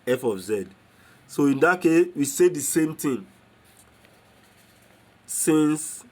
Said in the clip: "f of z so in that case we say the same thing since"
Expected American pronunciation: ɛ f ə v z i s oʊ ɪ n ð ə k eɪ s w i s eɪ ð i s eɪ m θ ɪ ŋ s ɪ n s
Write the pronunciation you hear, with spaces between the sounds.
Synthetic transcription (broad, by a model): ɛ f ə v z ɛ s oʊ ɪ n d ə k eɪ s w i s eɪ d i s eɪ m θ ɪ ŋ s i n s